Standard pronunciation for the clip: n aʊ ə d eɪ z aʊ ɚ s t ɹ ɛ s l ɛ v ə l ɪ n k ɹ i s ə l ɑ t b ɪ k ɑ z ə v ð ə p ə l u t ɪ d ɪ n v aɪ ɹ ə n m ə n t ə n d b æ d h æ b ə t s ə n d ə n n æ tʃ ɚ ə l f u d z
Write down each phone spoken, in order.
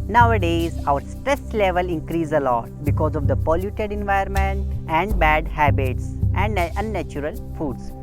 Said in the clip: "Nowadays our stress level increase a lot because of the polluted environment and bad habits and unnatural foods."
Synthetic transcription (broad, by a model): n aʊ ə d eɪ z aʊ ɚ s t ɹ ɛ s l ɛ v ə l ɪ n k ɹ i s ə l ɑ t b ɪ k ɑ z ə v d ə p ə l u t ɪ d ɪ n v aɪ ə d m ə n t ə n d b æ d h æ b ə t s ə n d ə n n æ tʃ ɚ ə l f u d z